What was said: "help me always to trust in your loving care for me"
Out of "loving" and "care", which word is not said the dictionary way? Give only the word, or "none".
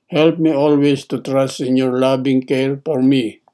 loving